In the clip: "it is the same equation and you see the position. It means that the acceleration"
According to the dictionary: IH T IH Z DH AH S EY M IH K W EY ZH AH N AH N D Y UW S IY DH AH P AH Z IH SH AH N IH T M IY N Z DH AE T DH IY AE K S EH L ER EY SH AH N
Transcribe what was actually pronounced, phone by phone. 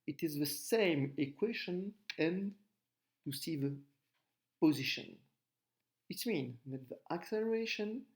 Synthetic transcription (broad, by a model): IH T IH Z DH AH S EY M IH K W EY SH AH N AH N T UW S IY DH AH P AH Z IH SH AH N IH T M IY N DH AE T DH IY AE K S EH L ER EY SH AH N